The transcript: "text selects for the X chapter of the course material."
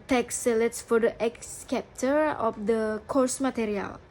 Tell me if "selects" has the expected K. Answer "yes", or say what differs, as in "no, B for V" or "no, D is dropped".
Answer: no, K is dropped